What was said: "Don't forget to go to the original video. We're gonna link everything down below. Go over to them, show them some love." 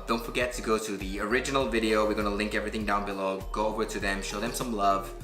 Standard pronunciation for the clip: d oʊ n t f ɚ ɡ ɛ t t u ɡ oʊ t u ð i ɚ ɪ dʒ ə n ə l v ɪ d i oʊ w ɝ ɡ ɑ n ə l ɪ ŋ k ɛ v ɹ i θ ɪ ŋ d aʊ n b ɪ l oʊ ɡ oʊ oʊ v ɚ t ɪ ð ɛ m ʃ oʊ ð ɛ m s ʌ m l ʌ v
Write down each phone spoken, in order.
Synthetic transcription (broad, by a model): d oʊ n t f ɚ ɡ ɛ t t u ɡ oʊ t u ð i ɚ ɪ dʒ ə n ə l v ɪ d i oʊ w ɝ ɡ ɑ n ə l ɪ ŋ k ɛ v ɹ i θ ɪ ŋ d aʊ n b ɪ l oʊ ɡ oʊ oʊ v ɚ t ɪ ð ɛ m ʃ oʊ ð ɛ m s ʌ m l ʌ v